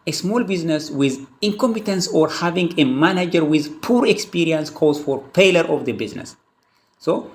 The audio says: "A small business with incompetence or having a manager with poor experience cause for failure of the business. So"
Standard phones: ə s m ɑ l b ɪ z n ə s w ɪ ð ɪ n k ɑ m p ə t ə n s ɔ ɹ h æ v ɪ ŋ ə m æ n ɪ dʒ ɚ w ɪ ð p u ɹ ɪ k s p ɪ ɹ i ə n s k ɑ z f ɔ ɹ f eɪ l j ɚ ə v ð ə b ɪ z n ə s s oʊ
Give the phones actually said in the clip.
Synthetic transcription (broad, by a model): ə s m ɑ l b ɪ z n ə s w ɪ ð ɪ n k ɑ m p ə t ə n s ɔ ɹ h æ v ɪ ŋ ə m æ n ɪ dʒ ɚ w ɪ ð p u ɹ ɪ k s p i ɹ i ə n s k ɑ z f ɔ ɹ p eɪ l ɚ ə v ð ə b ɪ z n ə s s oʊ